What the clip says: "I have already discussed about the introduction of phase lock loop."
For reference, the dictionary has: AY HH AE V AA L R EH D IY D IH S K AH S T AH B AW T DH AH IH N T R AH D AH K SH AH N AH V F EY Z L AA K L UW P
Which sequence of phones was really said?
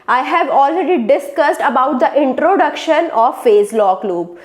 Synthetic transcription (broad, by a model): AY HH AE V AA L R EH D IY D IH S K AH S T AH B AW T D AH IH N T R AH D AH K SH AH N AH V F EY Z L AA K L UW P